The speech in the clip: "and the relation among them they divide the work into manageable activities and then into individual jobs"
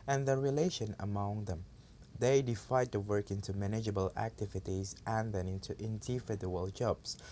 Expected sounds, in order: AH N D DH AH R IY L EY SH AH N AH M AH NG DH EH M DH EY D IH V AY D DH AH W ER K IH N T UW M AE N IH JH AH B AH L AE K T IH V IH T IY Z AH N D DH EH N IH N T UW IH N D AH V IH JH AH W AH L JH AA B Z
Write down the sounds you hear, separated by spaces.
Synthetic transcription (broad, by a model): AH N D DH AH R IY L EY SH AH N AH M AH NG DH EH M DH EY D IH F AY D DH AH W ER K IH N T UW M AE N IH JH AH B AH L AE K T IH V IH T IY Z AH N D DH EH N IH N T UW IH N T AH F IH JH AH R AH L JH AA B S